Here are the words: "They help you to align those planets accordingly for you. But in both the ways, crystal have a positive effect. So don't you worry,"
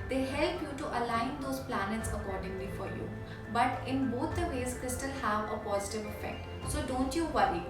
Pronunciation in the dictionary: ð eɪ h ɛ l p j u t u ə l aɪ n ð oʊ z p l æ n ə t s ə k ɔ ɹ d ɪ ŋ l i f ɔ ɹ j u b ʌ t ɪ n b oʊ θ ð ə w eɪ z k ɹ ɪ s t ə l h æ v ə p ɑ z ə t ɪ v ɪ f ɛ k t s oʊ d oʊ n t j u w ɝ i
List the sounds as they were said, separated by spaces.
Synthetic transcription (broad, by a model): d eɪ h ɛ l p j u t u ə l aɪ n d oʊ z p l æ n ə t s ə k ɔ ɹ d ɪ ŋ l i f ɔ ɹ j u b ʌ t ɪ n b oʊ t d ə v eɪ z k ɹ ɪ s t ə l h æ v ə p ɑ z ə t ɪ v ɪ f ɛ k t s oʊ d oʊ n t j u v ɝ i